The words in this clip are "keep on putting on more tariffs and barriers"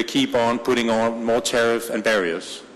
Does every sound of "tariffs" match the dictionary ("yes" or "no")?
no